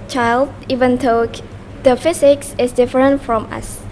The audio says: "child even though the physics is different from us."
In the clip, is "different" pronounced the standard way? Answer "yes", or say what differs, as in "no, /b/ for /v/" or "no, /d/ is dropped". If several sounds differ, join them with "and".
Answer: yes